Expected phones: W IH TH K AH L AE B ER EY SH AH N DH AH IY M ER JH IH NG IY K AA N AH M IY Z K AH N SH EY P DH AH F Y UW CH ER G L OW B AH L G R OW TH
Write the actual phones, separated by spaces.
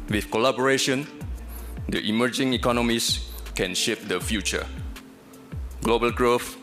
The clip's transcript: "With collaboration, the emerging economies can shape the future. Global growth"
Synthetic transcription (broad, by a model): W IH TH K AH L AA B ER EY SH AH N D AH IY M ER JH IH NG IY K AA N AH M IY S K AH N SH EY P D AH F Y UW CH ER G L OW B AH L G R OW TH